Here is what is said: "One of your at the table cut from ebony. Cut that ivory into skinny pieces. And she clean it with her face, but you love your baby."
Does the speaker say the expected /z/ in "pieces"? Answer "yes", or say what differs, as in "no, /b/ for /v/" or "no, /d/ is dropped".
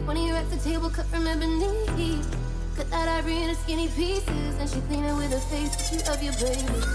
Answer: yes